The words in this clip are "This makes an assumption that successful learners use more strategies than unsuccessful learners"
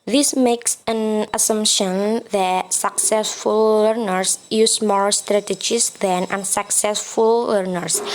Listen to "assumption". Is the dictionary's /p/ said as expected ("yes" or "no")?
yes